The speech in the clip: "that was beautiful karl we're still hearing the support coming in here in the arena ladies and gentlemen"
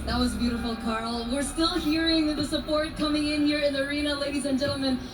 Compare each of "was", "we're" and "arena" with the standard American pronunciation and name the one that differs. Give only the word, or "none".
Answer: none